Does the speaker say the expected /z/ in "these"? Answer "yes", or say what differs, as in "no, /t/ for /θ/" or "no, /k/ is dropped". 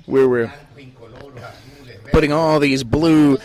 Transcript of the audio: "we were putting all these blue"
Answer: yes